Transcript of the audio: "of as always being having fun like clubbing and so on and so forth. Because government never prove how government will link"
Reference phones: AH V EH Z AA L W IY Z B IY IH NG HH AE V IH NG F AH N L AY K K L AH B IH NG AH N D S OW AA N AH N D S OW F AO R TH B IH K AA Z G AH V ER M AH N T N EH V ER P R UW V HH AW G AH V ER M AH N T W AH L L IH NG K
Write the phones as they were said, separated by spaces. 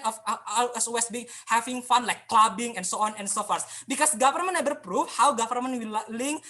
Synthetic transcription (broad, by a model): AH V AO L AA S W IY S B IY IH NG HH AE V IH NG F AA N L AY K K L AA B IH NG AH N S OW AA N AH N S OW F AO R S B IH K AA S G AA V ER M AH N N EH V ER P R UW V HH AW G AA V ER M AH N W AH L L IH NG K